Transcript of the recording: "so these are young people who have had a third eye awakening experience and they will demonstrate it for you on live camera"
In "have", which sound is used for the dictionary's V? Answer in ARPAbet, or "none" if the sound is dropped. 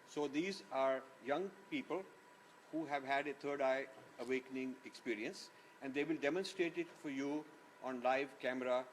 V